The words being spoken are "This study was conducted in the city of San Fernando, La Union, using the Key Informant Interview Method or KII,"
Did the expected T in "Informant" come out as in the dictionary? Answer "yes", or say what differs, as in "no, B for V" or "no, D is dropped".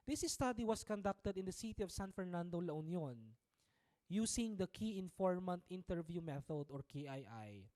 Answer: yes